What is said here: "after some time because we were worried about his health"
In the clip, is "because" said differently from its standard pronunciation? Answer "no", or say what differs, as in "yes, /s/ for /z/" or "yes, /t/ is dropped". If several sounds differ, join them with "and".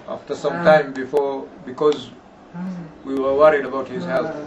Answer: no